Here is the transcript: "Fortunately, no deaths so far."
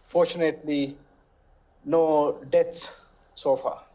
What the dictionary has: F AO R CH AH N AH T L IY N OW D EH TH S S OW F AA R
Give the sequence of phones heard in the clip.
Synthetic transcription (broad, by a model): F AO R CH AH N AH T L IY N OW D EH T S S OW F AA